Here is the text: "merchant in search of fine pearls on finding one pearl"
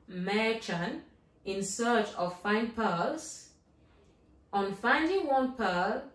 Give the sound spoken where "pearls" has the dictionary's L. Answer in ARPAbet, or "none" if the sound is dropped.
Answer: none